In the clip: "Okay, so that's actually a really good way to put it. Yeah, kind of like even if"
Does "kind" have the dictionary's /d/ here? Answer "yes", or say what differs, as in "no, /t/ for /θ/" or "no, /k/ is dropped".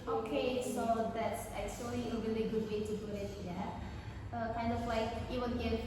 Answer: yes